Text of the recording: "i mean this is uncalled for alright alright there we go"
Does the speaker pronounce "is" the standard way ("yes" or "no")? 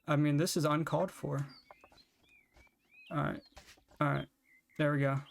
yes